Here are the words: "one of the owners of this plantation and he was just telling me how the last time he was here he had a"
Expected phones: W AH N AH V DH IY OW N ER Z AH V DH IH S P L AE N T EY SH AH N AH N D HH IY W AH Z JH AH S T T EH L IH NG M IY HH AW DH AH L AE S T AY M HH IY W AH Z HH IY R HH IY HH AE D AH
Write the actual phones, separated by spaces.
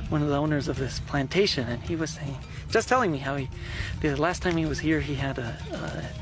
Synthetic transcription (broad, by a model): W AH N AH V DH IY OW N ER Z AH V DH IH S P L AE N T EY SH AH N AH N IY W AH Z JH AH S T T EH L IH NG M IY HH AW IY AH L AE S T AY M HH IY W AH Z HH IY R IY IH D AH